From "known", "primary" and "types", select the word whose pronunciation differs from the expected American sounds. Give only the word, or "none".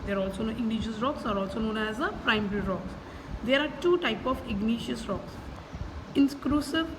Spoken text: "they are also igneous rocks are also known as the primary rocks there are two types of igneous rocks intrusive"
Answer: types